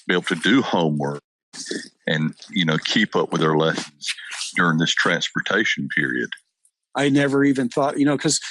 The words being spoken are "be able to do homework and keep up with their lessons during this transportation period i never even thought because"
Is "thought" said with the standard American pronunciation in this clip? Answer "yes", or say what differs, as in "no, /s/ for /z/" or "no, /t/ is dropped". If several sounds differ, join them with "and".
yes